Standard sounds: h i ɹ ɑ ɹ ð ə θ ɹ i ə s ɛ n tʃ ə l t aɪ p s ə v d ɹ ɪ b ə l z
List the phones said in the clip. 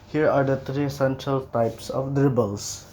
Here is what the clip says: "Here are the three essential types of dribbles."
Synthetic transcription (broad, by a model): h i ɹ ɑ ɹ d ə t ɹ i s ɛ n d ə l t aɪ p s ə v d ɹ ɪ b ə l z